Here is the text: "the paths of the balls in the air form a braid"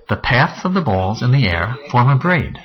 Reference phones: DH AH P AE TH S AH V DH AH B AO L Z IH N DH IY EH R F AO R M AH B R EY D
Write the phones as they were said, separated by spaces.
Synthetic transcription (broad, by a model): DH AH P AE TH S AH V DH AH B AO L Z IH N DH IY EH R F AO R M AH B R EY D